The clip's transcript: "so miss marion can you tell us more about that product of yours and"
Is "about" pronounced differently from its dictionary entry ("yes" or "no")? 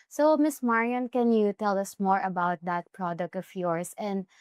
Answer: no